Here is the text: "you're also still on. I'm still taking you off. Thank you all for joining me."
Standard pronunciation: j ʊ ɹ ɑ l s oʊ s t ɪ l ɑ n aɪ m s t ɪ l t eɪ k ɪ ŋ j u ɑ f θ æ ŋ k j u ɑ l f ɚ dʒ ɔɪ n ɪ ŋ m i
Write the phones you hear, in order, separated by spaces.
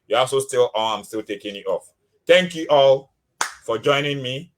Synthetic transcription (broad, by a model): j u ɑ l s oʊ s t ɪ l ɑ l aɪ m s t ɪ l t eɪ k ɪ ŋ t ɑ f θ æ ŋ k j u ɑ l f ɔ dʒ ɔɪ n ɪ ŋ m i